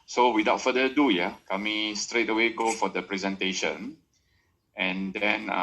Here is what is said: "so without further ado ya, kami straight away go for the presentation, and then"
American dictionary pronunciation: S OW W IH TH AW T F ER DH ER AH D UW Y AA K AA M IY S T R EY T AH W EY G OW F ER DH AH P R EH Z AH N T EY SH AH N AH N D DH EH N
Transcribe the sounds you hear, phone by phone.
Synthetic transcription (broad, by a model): S OW W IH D AW T F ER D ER AH D UW Y AA K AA M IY S T R EY T AH W EY G OW F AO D AH P R EH Z AH N T EY SH AH N AH N D EH N